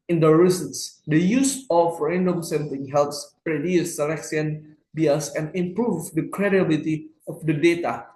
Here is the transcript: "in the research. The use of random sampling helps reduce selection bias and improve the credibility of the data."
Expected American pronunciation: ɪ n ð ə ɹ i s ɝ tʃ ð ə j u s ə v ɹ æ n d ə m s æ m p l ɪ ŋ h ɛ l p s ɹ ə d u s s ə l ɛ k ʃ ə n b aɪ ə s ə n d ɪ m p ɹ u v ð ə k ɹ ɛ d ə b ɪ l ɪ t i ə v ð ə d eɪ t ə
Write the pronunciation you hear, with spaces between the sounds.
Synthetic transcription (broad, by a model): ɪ n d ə ɹ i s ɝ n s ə j u s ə f ɹ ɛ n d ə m s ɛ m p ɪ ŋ h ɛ l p s ɹ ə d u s s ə l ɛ k s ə n b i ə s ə n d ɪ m p ɹ u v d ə k ɹ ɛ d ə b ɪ l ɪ t i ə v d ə d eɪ t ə